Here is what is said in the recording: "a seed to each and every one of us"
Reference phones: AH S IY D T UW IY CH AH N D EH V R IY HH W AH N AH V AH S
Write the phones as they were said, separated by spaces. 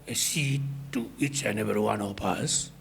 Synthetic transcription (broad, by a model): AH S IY T UW IY CH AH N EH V IY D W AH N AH P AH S